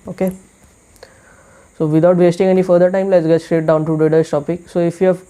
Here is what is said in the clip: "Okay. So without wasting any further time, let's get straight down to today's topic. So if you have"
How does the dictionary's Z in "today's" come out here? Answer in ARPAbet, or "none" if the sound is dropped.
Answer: S